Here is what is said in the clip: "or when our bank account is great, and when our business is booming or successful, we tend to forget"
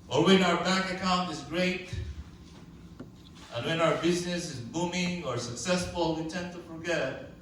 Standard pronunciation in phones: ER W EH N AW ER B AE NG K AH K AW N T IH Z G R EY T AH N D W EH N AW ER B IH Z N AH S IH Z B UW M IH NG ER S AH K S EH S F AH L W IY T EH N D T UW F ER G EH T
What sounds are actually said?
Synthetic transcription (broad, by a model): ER W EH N AW ER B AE K AH K AW N T IH Z G R EY T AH N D W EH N AW ER B IH Z N AH S IH Z B UW M IH NG ER S AH K S EH S F AH L W IY T EH N T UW F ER G EH T